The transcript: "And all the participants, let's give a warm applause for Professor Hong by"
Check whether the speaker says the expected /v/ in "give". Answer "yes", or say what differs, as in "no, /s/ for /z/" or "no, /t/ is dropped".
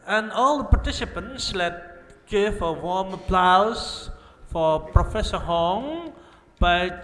no, /f/ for /v/